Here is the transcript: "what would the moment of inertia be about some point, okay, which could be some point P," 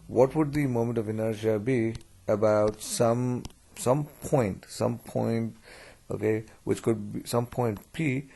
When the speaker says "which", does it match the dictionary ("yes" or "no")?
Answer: yes